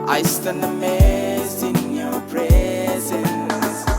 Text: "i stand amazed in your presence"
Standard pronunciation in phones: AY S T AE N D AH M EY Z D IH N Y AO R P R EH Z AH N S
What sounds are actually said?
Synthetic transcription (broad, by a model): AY S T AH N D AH M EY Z IH N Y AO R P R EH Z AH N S